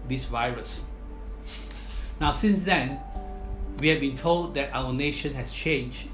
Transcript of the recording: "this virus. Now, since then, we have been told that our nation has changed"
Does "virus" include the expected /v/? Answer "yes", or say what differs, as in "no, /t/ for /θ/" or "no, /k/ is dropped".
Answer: yes